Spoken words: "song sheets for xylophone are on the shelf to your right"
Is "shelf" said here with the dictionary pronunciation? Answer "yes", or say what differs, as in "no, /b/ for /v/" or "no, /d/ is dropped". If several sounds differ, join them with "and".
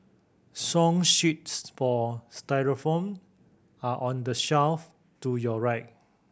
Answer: yes